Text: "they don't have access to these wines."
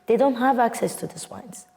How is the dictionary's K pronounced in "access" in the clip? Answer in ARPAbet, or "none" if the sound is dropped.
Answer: K